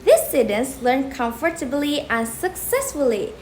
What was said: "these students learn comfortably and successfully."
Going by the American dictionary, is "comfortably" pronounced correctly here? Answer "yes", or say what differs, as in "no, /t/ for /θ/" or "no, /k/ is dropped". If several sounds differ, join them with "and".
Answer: yes